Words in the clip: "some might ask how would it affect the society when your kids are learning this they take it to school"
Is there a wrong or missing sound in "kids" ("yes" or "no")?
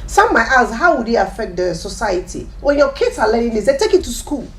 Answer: yes